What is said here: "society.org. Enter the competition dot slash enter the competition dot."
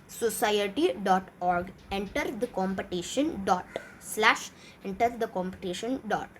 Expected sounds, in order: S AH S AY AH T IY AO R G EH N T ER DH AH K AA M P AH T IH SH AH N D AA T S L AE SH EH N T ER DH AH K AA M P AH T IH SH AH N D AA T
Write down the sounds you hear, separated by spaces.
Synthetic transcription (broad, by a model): S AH S AY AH T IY AO R G EH N T ER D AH K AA M P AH T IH SH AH N D AA T S L AE SH EH N T ER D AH K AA M P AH T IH SH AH N D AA T